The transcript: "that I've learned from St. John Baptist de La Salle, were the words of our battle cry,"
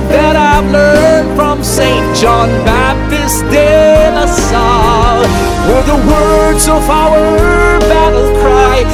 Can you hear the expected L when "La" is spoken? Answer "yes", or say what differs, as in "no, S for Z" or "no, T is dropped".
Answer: no, N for L